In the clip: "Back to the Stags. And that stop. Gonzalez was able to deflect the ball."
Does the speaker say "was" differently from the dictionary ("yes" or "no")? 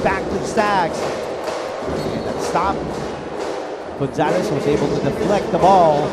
no